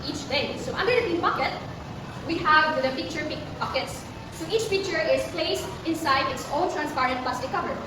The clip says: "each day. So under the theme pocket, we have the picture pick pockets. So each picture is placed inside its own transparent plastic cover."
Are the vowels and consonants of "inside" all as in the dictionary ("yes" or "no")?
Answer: yes